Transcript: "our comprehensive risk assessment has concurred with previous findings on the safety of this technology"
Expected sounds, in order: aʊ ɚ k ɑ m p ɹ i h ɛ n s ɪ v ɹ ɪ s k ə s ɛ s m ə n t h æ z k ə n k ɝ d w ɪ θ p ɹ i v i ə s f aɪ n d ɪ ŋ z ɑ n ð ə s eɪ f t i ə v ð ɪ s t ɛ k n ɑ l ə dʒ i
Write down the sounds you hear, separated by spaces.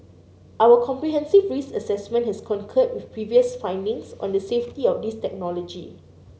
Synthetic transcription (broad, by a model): aʊ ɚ k ɑ m p ɹ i h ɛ n s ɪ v ɹ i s ə s ɛ s m ə n t h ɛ s k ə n k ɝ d w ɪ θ p ɹ i v i ə s f aɪ n d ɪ ŋ s ɑ n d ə s eɪ f t i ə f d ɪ s t ɛ k n ɑ l ə dʒ i